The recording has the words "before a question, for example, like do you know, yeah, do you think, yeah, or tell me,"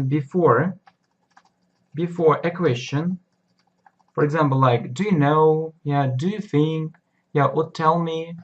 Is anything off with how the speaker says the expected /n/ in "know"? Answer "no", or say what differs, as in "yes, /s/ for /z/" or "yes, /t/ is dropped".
no